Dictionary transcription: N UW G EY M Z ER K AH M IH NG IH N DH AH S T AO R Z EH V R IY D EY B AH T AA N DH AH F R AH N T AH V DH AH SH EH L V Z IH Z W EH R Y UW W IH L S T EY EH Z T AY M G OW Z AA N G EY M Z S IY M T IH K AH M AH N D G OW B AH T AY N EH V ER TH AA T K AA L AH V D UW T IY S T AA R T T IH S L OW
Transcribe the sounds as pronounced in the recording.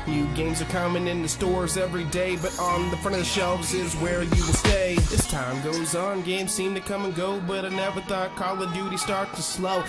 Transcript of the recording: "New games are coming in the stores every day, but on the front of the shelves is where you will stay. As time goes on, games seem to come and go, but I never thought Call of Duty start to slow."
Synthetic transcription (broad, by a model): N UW G EY M Z ER K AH M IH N IH N DH AH S T AO R Z EH V R IY D EY B AH T N DH AH F R AH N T AH V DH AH SH EH L V Z IH Z W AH R Y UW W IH S T EY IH S T AY M G OW Z N G EY M Z S IY M T IH K AH M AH N G OW B AH T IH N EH W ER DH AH K AA L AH D UW T IY S T AA R T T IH S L OW